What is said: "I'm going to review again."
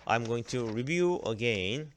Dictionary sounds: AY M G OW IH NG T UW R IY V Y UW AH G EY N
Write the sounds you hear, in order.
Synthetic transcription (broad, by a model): AY M G OW IH NG T UW R IY V Y UW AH G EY N